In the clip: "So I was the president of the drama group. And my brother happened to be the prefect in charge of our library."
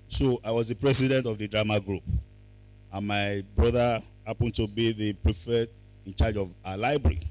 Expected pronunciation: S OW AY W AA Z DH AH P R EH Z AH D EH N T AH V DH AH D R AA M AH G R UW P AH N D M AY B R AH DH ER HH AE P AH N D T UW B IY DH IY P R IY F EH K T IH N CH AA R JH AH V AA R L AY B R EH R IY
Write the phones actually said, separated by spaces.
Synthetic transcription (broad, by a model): S OW AY W AA Z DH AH P R EH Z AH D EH N T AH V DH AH D R AA M AH G R UW P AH N M AY B R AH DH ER HH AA P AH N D T UW B IY DH IY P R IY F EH T IH N CH AA JH AH V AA L AY B R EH R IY